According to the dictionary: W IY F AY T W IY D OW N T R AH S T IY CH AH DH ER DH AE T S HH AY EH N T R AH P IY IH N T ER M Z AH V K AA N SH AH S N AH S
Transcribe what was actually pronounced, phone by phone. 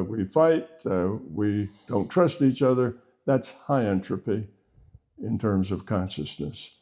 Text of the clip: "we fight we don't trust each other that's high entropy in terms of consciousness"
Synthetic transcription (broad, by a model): W IY F AY T W IY D OW N T R AH S T IY CH AH DH ER DH AE T S HH AY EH N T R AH P IY IH N T ER M Z AH V K AA N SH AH S N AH S